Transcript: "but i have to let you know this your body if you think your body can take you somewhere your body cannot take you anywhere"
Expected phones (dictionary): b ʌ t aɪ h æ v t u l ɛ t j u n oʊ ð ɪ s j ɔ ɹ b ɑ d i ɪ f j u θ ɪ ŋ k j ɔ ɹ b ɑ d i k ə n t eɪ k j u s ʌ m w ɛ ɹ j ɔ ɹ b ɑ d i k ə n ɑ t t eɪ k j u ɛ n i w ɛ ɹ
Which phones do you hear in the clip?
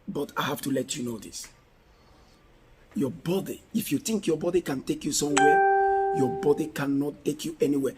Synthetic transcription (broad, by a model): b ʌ t aɪ h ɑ f t u l ɛ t j u n oʊ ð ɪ s j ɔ b ɑ d i ɪ f j u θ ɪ ŋ k j ɔ b ɑ d i k ə n t eɪ k j u s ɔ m w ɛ j ɔ b ɑ d i k ə n ɑ t t eɪ k j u ɛ n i w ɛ